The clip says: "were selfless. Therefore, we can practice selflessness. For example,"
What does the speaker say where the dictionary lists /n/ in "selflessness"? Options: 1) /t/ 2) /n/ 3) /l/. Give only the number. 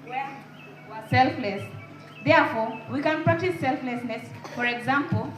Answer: 2